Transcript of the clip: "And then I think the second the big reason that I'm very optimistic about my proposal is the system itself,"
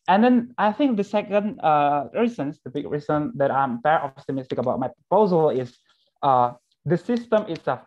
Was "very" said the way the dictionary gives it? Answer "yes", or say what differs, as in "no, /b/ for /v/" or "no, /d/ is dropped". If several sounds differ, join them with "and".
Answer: no, /p/ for /v/